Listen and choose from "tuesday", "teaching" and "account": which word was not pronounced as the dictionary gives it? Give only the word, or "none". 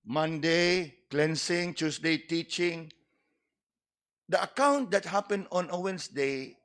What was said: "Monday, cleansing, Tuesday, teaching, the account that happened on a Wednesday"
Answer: tuesday